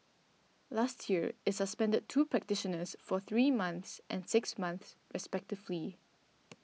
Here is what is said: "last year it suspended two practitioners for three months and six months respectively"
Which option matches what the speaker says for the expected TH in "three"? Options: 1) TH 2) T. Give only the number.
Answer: 1